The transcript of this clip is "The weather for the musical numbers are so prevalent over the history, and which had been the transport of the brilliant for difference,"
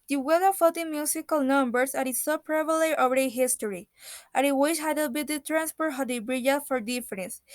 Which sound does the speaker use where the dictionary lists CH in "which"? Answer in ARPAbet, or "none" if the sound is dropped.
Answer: SH